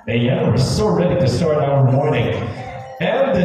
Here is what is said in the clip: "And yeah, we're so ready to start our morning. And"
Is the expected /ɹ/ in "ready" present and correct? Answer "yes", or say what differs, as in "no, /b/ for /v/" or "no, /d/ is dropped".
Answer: yes